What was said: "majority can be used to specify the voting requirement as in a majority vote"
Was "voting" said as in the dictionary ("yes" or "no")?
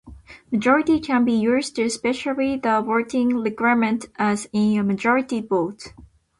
no